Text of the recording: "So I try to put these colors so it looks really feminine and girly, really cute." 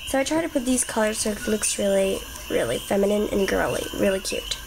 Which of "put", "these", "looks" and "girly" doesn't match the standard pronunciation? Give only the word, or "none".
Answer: none